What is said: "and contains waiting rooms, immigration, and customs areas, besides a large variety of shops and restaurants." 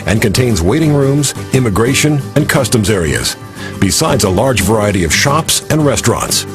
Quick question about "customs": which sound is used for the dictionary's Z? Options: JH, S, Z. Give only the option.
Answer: Z